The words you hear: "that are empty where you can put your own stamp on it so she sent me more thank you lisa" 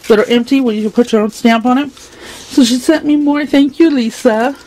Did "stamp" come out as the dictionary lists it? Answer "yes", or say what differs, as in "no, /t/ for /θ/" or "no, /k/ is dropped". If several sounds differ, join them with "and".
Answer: yes